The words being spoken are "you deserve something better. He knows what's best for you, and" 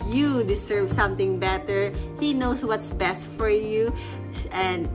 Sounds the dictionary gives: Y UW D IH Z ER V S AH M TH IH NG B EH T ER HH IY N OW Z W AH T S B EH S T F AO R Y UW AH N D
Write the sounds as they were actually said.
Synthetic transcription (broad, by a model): Y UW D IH S ER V S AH M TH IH NG B EH T ER HH IY N OW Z W AH T S B EH S T F AO R Y UW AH N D